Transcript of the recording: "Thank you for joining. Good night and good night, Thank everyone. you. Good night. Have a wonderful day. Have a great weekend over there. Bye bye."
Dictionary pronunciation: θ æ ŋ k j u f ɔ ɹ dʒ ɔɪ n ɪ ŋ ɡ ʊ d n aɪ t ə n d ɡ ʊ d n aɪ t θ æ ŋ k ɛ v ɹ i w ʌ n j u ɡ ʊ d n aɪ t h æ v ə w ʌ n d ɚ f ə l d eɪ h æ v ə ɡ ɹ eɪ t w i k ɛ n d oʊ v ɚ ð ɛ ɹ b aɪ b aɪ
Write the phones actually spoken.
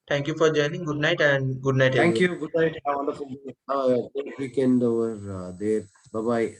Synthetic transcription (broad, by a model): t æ ŋ k j u f ɔ ɹ dʒ ɔɪ n ɪ ŋ ɡ ʊ d n aɪ t ə n d ɡ ʊ d n aɪ t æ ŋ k j u ɡ ʊ d n aɪ t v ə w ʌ n d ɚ f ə l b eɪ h ə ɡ eɪ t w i k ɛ n d oʊ v ɚ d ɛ ɹ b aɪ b aɪ